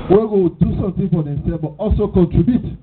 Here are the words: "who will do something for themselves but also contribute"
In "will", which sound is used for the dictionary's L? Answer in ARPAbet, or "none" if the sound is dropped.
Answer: W